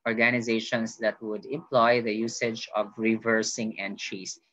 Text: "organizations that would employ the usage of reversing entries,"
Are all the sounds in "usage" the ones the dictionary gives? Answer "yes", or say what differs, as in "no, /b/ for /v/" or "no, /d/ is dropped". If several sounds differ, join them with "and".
yes